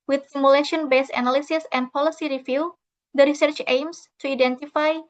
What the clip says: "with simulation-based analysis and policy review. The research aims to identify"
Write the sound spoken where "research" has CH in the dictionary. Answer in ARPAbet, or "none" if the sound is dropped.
CH